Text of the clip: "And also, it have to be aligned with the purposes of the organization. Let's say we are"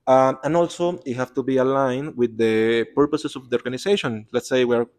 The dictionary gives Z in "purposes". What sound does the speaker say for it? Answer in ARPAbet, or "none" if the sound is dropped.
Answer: S